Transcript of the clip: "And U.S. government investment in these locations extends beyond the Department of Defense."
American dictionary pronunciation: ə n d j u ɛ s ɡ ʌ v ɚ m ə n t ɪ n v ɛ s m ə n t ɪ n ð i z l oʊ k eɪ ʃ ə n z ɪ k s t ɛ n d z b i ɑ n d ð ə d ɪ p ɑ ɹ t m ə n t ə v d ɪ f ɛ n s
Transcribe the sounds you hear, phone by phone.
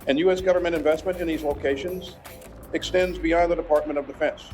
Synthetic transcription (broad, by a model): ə n j u ɛ s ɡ ʌ v ɚ m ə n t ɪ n v ɛ s m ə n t ɪ n ð i z l oʊ k eɪ ʃ ə n z ɪ k s t ɛ n d z b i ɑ n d ð ə d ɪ p ɑ ɹ t m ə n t ə v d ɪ f ɛ n s